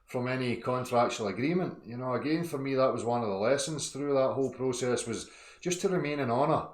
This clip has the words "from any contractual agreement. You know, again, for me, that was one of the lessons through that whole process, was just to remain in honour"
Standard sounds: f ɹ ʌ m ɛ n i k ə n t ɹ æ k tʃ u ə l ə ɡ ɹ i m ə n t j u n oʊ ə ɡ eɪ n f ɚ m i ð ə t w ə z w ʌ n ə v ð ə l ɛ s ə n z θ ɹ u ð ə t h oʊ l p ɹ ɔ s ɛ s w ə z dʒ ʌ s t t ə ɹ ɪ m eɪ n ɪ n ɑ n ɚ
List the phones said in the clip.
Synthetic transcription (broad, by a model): f ɹ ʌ m ɛ n i k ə n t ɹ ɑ k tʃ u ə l ə ɡ ɹ i m ə n t j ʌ n oʊ ə ɡ eɪ n f ɚ m i ð ə t w ə z w ʌ n ə v ð ə l ɛ s ə n z θ ɹ u ð ə t h oʊ l p ɹ ɔ s ɛ s w ə z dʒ ʌ s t t ə ɹ ɪ m eɪ n ɪ n ɑ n ɚ